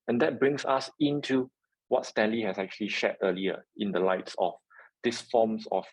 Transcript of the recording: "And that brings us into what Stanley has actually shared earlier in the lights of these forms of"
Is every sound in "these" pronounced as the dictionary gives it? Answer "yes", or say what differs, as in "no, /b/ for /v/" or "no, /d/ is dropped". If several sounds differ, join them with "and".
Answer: no, /s/ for /z/